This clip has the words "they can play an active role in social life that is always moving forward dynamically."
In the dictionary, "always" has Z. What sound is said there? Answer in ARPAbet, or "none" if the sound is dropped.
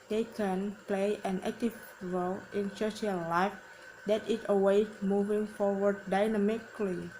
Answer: none